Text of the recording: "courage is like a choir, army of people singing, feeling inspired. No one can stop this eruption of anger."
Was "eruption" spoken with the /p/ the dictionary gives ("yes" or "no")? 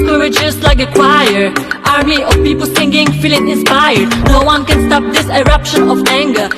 yes